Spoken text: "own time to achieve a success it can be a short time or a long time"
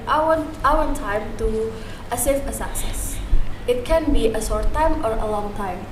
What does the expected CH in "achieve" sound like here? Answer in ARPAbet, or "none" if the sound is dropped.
S